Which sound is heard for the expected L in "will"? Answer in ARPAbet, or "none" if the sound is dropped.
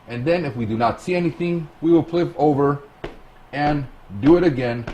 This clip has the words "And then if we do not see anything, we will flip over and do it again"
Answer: L